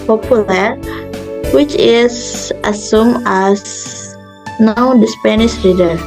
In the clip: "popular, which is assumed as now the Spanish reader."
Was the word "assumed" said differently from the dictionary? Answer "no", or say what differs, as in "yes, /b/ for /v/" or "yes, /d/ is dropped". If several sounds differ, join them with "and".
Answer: yes, /d/ is dropped